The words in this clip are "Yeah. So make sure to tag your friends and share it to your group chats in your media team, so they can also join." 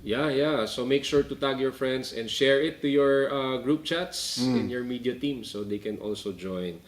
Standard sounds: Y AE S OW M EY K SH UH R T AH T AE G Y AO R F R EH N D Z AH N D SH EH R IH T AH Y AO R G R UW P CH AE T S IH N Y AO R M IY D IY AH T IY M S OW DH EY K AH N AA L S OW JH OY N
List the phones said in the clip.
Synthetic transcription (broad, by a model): Y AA S OW M EY K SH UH R T AH T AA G Y AO R F R EH N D S AH N D SH EH R IH T AH Y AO R G R UW P CH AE T S IH N Y AO R M IY D IY AH T IY M S OW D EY K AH N AA L S OW JH OY N